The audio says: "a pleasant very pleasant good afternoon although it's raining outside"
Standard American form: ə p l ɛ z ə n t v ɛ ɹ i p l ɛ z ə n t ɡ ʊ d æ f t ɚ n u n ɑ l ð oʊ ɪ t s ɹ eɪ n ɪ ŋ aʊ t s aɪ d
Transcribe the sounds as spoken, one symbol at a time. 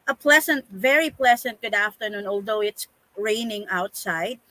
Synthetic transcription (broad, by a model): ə p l ɛ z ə n t v ɛ ɹ i p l ɛ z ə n t ɡ ʊ d æ f t ɚ n u n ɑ l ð oʊ ɪ t s ɹ eɪ n ɪ ŋ aʊ t s aɪ d